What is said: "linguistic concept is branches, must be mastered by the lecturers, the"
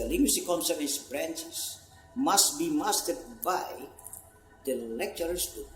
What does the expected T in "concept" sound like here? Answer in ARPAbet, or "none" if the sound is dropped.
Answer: none